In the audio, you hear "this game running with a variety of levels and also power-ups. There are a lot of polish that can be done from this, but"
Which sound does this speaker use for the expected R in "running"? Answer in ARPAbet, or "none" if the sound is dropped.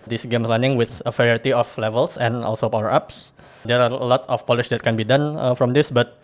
L